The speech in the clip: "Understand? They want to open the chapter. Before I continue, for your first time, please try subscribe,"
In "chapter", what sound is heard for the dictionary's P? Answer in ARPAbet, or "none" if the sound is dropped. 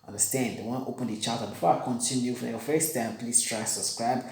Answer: none